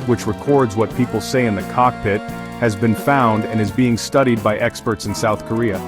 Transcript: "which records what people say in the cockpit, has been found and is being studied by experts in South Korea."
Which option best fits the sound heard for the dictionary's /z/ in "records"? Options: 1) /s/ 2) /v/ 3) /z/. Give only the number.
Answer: 3